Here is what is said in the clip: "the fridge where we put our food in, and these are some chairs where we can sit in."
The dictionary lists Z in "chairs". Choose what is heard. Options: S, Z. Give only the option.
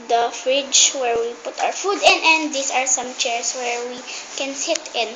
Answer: S